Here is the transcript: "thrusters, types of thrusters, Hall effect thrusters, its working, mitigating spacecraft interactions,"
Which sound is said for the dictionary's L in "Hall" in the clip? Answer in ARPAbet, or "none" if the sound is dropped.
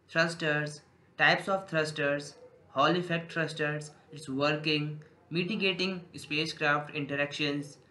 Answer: L